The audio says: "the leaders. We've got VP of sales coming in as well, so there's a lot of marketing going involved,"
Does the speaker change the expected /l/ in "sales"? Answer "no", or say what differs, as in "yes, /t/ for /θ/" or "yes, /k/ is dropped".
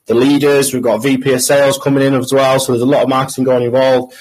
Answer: no